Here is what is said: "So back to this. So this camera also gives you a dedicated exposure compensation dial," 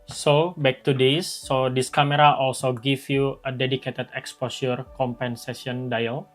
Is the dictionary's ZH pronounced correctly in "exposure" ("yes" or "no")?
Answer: no